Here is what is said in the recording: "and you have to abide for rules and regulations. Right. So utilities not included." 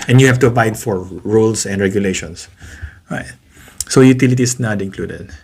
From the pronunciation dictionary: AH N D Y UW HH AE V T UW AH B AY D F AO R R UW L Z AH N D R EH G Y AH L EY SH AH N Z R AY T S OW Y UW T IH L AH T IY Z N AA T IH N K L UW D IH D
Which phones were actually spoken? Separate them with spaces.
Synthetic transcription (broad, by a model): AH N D Y UW HH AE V T UW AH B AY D F AO R R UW L S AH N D R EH G Y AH L EY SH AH N S R AY T S OW Y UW T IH L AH T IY S N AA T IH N K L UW D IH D